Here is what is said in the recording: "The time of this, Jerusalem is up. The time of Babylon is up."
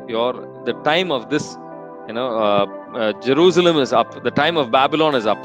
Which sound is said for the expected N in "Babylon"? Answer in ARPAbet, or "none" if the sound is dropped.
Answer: N